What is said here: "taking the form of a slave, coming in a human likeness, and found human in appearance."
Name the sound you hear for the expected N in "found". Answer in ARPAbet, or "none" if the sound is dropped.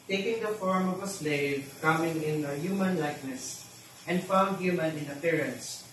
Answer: N